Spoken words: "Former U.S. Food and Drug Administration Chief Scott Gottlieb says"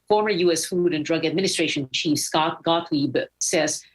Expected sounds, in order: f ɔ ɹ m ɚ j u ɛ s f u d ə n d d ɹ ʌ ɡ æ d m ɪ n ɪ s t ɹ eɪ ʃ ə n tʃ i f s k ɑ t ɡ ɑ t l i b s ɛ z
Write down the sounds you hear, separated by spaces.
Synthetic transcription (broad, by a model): f ɔ ɹ m ɚ j u ɛ s f u d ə n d d ɹ ʌ ɡ æ d m ɪ n ɪ s t ɹ eɪ ʃ ə n tʃ i f s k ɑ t ɡ ɑ t l i b s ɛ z